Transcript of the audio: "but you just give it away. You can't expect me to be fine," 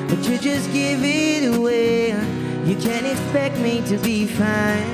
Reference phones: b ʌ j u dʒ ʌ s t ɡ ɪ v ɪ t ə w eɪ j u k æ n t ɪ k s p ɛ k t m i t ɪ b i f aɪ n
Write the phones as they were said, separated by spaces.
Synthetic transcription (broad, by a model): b ʌ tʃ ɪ dʒ ʌ s ɡ ɪ v ɪ t ə w eɪ j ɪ k æ n t ɪ k s p ɛ k t m i t ɪ b i f aɪ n